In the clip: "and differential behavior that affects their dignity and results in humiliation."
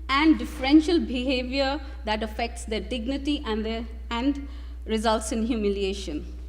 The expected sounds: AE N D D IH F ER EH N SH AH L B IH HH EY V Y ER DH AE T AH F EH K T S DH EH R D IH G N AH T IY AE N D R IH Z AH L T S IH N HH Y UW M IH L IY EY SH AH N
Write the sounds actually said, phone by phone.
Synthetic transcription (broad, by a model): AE N D D IH F ER EH N SH AH L B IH HH EY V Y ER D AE T AH F EH K T S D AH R D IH G N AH T IY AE N D R IH Z AH L T S IH N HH Y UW M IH L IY EY SH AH N